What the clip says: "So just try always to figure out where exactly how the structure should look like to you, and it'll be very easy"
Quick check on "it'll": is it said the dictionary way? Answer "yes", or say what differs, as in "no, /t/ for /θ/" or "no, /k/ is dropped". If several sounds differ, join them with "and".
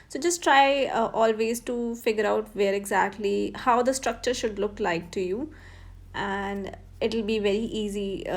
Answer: yes